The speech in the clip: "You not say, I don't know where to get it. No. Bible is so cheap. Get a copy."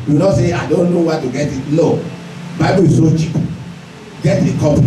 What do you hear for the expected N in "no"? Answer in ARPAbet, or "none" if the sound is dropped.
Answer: L